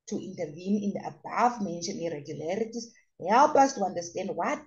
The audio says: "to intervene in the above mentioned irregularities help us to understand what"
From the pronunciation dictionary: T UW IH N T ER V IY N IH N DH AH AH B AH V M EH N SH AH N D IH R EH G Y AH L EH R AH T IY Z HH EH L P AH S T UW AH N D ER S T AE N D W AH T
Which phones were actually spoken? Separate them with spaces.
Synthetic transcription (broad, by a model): T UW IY N T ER V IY N IH N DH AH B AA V M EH N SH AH N IH R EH G Y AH L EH R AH T IY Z HH EH L P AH S T UW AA N D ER S T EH N D W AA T